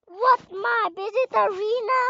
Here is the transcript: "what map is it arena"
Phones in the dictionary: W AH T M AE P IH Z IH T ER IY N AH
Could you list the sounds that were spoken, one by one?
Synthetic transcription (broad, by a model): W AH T M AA B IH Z IH T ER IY N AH